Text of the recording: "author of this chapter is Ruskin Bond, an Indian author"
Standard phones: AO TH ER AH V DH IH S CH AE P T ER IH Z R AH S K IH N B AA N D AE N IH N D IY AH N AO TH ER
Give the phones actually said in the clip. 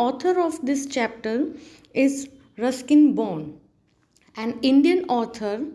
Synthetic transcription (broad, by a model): AO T ER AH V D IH S CH AE P T ER IH Z R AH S K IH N B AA N AE N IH N D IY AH N AO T ER